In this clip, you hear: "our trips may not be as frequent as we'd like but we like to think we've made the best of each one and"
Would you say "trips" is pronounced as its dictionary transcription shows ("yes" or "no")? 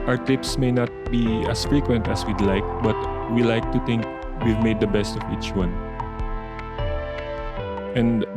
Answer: no